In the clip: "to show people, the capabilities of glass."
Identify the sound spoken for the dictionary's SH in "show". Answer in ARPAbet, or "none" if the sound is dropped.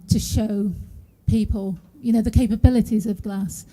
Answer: SH